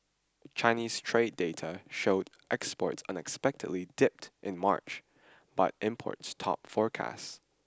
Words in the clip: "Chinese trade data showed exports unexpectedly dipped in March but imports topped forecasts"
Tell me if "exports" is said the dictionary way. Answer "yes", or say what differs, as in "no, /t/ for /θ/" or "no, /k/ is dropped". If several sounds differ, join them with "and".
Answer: yes